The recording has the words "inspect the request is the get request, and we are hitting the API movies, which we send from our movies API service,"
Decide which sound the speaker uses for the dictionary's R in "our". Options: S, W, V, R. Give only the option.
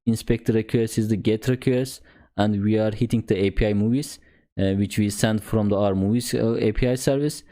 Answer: R